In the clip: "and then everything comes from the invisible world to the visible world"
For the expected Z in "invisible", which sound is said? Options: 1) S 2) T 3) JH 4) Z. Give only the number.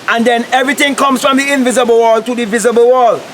4